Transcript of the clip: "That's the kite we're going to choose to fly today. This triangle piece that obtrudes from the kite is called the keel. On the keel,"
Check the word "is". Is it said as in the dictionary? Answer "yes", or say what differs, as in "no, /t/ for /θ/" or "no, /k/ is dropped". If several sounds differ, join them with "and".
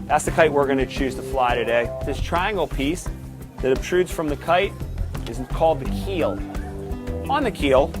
yes